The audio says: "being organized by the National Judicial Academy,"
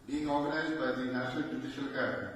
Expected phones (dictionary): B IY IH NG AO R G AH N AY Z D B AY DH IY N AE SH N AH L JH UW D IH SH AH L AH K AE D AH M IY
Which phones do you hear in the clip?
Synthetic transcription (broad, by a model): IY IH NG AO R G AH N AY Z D B AY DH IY N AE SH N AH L JH UW D IH SH AH L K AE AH